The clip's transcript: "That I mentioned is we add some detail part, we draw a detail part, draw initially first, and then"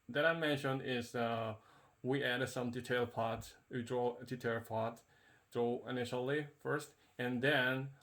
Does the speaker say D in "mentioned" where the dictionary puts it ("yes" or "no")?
yes